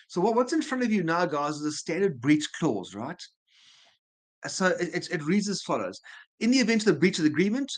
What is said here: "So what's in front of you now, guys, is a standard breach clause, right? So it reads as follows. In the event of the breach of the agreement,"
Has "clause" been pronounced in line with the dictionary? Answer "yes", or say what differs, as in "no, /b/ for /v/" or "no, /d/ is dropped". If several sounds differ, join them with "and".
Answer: yes